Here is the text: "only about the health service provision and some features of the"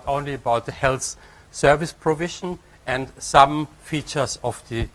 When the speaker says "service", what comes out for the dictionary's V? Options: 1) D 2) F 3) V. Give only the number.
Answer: 3